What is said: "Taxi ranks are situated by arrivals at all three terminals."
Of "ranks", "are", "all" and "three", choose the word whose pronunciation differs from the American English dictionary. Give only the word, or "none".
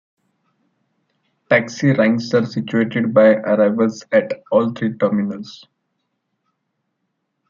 three